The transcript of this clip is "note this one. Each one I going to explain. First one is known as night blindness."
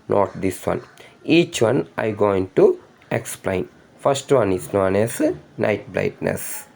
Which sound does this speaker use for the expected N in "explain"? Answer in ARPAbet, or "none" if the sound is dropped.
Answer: N